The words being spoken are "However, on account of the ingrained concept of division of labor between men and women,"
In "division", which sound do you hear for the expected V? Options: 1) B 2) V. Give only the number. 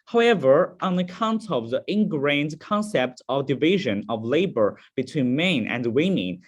2